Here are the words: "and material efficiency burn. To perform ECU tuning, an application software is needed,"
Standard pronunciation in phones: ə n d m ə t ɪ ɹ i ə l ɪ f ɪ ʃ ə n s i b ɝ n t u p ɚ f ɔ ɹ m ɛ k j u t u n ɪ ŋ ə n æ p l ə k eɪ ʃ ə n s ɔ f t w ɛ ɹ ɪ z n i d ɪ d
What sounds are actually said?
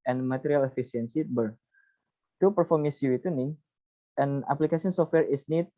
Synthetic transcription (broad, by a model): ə n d m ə t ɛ ɹ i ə l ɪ f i s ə n s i b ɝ t u p ɚ f ɔ ɹ m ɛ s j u t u n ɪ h ə n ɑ p l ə k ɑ s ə n s ɔ f t w ɛ ɹ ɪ s n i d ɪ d